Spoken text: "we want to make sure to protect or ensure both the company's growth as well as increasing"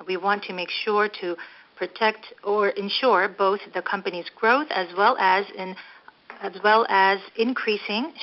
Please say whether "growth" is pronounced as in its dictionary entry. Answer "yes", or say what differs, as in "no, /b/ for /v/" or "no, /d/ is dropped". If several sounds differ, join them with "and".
yes